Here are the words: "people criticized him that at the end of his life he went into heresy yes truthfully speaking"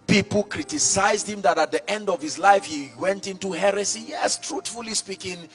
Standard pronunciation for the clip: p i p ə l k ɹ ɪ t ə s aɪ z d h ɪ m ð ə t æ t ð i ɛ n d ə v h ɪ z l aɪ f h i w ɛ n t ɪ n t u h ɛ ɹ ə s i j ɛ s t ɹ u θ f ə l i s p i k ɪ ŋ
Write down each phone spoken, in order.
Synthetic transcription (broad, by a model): p i p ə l k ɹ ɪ t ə s aɪ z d h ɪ m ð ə t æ t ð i ɛ n d ə v h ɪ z l aɪ f h i w ɛ n t ɪ n t u h ɛ ɹ ə s i j ɛ s t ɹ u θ f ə l i s p i k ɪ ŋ